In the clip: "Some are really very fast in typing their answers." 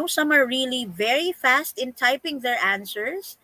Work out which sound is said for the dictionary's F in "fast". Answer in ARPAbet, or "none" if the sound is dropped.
F